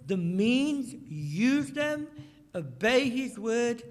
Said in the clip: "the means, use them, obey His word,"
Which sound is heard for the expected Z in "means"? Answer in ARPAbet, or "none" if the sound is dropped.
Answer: Z